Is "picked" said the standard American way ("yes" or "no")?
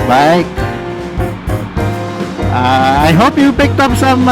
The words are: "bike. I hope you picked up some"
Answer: yes